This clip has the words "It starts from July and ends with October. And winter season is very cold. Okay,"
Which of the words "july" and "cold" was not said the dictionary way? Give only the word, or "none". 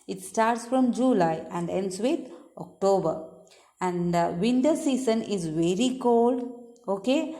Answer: none